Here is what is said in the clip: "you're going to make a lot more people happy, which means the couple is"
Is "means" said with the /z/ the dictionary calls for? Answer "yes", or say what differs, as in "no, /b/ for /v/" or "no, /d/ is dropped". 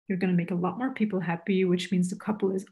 yes